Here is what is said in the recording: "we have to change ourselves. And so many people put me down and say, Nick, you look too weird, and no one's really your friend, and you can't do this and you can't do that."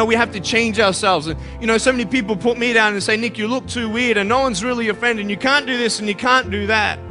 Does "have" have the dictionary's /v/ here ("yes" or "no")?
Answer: no